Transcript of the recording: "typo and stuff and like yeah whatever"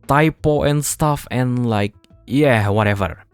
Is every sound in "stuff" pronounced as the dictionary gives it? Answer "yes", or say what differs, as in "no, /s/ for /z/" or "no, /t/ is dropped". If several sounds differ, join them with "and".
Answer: yes